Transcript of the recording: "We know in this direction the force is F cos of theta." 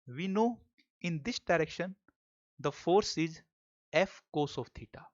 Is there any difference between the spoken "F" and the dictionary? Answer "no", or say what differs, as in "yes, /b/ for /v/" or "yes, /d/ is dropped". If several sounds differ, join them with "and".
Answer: no